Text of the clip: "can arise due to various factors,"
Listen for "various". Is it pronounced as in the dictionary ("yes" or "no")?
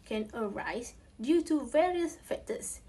yes